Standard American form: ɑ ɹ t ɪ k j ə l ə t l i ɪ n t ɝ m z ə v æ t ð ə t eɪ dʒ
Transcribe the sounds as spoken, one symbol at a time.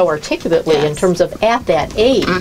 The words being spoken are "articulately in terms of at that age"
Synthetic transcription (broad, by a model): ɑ ɹ t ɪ k j l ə t l i ɪ n t ɝ m z ə v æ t ð ə t eɪ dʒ